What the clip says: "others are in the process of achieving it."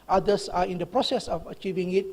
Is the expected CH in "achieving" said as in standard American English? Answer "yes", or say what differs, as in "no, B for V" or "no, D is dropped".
yes